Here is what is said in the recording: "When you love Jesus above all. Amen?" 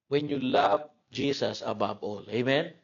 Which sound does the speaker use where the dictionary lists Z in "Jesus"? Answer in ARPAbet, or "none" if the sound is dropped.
S